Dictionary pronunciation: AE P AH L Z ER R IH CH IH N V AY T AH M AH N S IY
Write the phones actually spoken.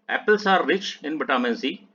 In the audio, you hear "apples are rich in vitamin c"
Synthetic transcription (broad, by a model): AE P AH L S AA R IH CH IH N B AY T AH M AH N S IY